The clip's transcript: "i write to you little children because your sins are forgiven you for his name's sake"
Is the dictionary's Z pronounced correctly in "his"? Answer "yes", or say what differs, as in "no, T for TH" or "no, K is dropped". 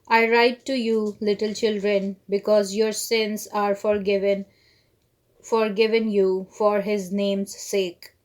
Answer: yes